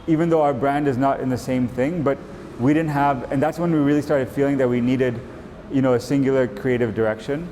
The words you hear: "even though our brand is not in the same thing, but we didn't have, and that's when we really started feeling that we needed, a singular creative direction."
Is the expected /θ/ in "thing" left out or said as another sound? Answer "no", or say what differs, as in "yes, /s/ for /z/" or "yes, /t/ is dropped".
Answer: no